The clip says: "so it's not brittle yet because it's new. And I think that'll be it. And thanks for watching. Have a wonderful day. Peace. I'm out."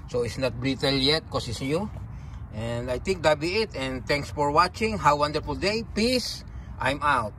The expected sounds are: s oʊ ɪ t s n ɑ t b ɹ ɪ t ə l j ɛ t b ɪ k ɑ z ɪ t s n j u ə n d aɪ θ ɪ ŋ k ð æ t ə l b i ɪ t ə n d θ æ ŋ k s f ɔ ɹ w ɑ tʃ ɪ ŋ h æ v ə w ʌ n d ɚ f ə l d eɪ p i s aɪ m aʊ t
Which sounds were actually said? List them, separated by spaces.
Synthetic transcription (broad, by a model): s oʊ ɪ t s n ɑ t b ɹ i t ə l j ɛ t k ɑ s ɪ s n j u ə n d aɪ t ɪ ŋ k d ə b i ɪ t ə n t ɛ ŋ k s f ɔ ɹ w ɑ tʃ ɪ ŋ h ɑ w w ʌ n d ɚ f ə l d eɪ p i s aɪ m aʊ t